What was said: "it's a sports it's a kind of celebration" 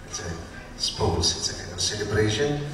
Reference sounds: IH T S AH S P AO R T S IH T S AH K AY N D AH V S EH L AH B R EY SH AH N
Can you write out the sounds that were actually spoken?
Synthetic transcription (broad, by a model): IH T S AH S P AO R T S IH T S AH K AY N AH S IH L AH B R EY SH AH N